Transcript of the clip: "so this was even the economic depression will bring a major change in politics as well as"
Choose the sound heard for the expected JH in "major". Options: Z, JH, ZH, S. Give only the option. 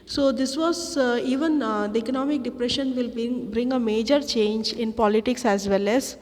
JH